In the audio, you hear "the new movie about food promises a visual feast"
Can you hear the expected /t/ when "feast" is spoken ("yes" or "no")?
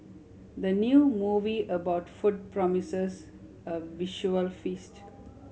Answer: yes